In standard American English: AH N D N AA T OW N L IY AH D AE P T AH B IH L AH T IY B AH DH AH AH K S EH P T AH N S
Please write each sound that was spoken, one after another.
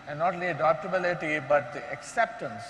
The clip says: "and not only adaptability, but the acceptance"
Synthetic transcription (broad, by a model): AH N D N AA T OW L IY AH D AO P T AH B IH L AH T IY B AH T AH K S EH P T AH N S